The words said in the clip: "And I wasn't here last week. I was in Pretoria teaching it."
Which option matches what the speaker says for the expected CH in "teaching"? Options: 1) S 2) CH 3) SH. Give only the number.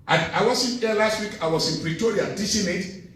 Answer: 1